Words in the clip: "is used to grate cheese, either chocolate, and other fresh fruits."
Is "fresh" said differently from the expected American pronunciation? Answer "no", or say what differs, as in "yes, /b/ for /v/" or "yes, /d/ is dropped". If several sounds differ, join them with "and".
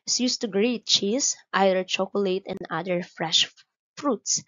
no